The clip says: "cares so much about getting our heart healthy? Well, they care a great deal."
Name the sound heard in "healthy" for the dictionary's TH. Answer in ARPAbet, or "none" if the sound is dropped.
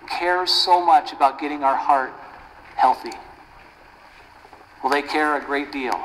TH